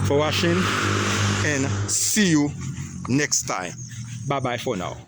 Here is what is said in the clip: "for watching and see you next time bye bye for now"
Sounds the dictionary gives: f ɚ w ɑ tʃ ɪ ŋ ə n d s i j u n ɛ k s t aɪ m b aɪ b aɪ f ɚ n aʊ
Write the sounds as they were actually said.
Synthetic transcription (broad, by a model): f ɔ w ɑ ʃ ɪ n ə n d s i j u n ɛ k s t aɪ m b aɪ b aɪ f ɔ n aʊ